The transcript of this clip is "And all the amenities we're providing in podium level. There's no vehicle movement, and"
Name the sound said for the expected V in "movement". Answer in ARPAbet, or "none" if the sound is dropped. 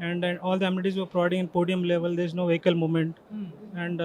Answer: none